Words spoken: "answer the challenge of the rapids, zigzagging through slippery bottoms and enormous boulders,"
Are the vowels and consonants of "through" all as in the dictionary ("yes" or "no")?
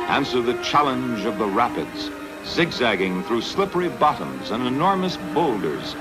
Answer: yes